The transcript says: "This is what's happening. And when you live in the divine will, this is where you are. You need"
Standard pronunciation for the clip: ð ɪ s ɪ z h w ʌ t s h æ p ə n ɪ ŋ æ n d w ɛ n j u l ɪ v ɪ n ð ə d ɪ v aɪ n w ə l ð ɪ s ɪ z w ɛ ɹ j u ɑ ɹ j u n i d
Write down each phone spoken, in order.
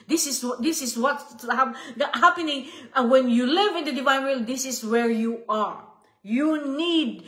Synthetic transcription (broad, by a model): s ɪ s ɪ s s w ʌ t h h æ p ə n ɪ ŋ w ɛ n j u l ɪ v ɪ n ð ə d ɪ v aɪ n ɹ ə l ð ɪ s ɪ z w ɛ ɹ j u ɑ ɹ j u n i d